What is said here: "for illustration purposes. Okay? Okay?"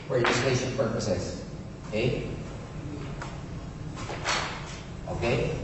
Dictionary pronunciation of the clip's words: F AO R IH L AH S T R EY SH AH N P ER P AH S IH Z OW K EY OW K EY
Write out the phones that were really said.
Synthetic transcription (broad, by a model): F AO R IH N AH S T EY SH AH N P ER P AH S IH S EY OW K EY